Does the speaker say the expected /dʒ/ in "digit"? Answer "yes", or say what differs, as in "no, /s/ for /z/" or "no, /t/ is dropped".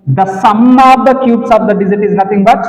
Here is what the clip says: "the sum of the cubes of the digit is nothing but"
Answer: no, /z/ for /dʒ/